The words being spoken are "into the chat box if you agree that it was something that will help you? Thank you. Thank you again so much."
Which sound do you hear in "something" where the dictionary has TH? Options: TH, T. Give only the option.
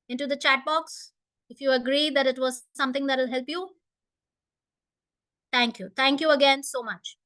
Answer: T